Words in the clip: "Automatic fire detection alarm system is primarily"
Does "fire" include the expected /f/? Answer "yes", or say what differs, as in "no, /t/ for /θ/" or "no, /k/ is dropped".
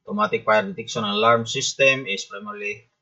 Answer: no, /p/ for /f/